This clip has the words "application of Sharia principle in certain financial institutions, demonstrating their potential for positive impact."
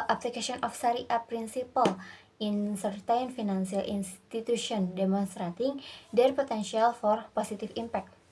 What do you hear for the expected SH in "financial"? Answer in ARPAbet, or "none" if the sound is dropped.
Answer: S